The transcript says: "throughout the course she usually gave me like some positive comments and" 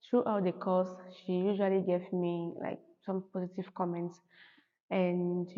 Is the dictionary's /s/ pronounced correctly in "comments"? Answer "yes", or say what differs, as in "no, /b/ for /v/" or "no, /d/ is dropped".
yes